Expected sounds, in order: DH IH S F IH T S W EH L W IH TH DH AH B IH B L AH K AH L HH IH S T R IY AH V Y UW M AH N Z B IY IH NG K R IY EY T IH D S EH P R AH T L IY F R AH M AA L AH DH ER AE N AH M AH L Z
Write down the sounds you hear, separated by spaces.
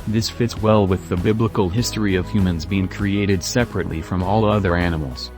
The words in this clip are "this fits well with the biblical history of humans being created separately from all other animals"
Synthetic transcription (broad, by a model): DH IH S F IH T S W EH L W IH DH AH B IH B L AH K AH L HH IH S T R IY AH V Y UW M AH N Z B IY IH NG K R IY EY T IH D S EH P R AH T L IY F R AH M AA L AH DH ER AE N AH M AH L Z